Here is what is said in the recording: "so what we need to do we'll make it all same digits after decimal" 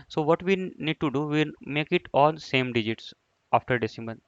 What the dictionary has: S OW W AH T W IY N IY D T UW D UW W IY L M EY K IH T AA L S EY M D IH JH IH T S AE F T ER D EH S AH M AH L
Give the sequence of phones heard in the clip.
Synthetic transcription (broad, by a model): S OW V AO T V IY N IY D T UW D UW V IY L M EY K IH T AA N S EY M D IH JH IH T S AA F T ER D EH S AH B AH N